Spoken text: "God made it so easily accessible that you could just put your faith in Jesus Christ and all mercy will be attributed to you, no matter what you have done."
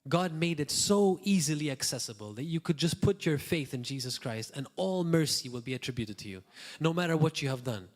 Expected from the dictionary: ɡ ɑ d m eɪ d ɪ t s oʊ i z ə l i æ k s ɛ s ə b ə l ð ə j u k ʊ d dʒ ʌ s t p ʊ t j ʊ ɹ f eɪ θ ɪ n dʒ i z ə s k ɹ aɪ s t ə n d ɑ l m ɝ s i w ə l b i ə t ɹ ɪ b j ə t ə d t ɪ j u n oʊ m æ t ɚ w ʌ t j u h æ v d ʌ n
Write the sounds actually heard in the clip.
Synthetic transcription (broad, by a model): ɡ ɑ d m eɪ d ɪ t s oʊ i z ə l i æ k s ɛ s ə b ə l ð ə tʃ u k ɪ d dʒ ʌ s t p ʊ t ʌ ɹ f eɪ θ ɪ n dʒ i z ə s k ɹ aɪ s t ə n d ɑ l m ɝ s i w ə l b i ə t ɹ ɪ b j ə t ə d t ɪ j u n oʊ m æ t ɚ w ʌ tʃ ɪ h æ v d ʌ n